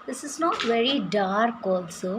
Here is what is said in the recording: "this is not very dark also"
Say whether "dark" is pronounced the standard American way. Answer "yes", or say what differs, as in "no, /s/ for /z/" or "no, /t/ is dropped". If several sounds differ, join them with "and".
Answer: yes